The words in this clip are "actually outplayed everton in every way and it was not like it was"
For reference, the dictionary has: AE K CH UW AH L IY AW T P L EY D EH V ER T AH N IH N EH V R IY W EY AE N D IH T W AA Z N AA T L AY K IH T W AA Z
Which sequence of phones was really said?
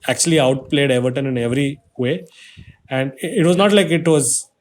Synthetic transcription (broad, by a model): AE K CH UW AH L IY AW T P L EY D EH V ER T AH N IH N EH V R IY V EY AE N D IH T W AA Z N AA T L AY K IH T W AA Z